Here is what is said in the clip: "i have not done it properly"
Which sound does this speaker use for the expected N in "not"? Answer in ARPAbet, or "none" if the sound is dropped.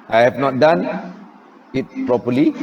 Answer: N